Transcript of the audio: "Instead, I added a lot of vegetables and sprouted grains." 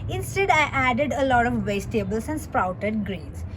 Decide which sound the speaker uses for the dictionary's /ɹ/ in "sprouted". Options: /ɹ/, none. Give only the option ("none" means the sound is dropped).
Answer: /ɹ/